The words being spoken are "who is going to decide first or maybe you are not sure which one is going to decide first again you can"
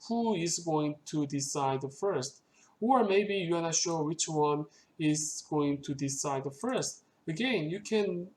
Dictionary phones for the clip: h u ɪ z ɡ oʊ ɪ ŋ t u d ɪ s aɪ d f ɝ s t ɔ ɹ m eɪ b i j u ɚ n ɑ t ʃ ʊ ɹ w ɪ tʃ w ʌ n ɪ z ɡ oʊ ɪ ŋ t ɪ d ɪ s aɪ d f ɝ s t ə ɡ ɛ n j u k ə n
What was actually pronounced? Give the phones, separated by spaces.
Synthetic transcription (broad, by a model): h u ɪ z ɡ oʊ ɪ ŋ t u d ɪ s aɪ d f ɝ s t ɔ ɹ m eɪ b i j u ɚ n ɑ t ʃ ʊ w ɪ tʃ w ʌ n ɪ z ɡ oʊ ɪ ŋ t ɪ d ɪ s aɪ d f ɝ s t ə ɡ ɛ n j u k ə n